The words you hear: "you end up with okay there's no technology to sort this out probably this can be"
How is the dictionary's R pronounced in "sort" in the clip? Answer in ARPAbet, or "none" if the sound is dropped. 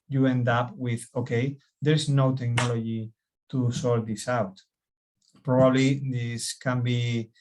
L